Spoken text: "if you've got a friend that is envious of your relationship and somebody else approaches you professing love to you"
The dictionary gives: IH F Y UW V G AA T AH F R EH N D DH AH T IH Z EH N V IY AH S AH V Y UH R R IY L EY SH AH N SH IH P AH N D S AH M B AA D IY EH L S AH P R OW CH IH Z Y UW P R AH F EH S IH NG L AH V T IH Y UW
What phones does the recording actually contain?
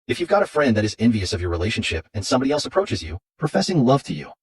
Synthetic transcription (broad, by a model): IH F Y UW V G AA T AH F R EH N D DH AH T IH Z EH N V IY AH S AH V Y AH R R IY L EY SH AH N SH IH P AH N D S AH M B AA D IY EH L S AH P R OW CH IH Z Y UW P R AH F EH S IH NG L AH V T IH Y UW